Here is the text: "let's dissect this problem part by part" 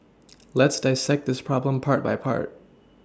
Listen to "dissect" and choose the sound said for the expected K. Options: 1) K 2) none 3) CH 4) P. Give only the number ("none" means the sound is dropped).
1